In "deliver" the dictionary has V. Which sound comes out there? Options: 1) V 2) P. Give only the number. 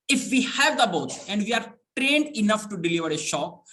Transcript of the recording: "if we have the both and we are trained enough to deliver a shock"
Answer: 1